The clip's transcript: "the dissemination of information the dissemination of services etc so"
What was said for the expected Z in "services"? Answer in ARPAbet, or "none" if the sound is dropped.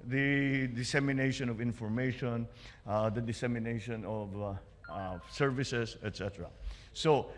S